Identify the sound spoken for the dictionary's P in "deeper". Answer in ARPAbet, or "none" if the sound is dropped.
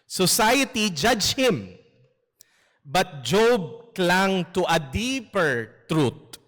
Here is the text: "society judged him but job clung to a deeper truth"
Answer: P